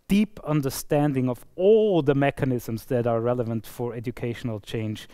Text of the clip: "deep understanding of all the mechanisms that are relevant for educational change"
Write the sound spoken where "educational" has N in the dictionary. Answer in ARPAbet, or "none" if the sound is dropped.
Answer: N